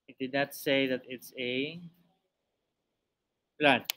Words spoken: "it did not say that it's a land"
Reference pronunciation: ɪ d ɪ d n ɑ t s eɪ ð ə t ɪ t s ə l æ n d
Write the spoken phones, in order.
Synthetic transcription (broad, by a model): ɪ d ɪ d n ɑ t s eɪ ð ə t ɪ t s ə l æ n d